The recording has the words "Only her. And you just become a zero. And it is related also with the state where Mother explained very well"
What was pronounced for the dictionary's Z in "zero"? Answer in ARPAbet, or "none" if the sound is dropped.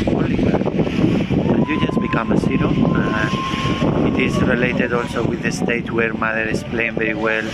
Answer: S